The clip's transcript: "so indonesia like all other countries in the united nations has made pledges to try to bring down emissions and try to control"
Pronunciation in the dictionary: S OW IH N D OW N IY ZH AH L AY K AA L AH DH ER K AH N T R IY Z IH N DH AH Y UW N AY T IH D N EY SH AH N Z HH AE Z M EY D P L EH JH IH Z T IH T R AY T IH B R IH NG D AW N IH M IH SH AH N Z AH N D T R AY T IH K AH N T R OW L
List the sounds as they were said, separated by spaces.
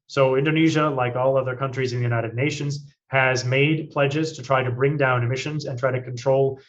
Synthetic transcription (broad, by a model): S OW IH N D OW N IY ZH AH L AY K AA L AH DH ER K AH N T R IY Z IH N DH AH Y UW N AY T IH D N EY SH AH N Z HH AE Z M EY D P L EH JH IH Z T IH T R AY T IH B R IH NG D AW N IH M IH SH AH N Z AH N T R AY T IH K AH N T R OW L